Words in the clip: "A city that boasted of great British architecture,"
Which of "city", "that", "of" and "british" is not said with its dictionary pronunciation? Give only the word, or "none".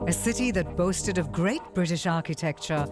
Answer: none